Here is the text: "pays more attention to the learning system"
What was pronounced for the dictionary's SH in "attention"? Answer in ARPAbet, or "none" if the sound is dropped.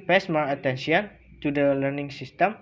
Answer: S